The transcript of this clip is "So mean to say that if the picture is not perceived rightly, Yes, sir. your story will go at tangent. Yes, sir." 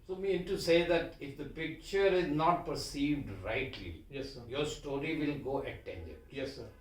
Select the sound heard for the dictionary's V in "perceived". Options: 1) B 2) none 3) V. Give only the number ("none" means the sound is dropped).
3